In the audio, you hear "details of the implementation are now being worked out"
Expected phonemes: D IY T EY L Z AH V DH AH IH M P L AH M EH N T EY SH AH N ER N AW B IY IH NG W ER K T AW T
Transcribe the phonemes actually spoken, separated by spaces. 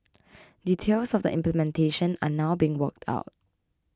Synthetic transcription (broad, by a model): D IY T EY L S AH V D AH IH M P L AH M EH N T EY SH AH N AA N AW B IY IH NG W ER K T AW T